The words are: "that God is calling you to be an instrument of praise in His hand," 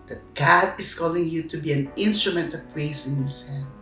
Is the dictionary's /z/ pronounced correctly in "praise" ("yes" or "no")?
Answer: no